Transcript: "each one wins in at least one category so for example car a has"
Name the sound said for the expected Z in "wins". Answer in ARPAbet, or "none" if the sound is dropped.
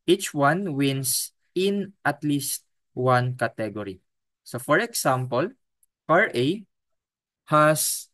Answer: S